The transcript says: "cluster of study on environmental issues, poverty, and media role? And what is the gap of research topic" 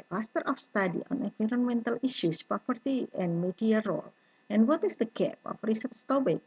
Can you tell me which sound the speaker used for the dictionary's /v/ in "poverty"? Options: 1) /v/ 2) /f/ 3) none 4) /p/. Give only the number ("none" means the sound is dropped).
4